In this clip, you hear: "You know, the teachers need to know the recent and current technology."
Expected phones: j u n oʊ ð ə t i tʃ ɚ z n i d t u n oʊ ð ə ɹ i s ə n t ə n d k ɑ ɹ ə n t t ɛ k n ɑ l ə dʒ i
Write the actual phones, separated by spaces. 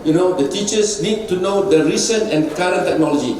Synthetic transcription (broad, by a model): j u n oʊ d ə t i tʃ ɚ s n i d t u n oʊ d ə ɹ i s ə n ə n k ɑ ɹ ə n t t ɛ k n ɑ l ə dʒ i